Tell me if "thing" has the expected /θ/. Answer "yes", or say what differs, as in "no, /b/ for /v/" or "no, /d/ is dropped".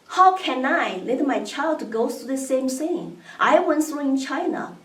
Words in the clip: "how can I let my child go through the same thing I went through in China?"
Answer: no, /s/ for /θ/